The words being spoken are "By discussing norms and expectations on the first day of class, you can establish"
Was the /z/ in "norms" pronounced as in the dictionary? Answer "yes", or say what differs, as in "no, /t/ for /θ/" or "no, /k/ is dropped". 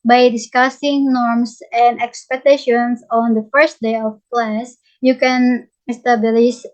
no, /s/ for /z/